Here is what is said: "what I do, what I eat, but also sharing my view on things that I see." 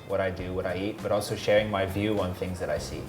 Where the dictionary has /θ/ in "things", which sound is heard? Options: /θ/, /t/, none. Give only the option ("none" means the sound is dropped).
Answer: /θ/